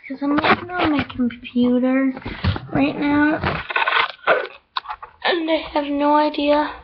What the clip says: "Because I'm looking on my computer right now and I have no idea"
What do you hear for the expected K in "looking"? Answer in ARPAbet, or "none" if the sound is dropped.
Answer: none